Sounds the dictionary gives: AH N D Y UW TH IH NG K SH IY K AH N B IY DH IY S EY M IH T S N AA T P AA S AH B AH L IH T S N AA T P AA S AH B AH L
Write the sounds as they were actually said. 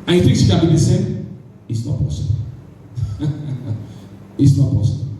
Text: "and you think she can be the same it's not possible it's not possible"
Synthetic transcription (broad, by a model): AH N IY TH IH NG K S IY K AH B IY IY S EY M IH T S N AA T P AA S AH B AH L IH T S N AA T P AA S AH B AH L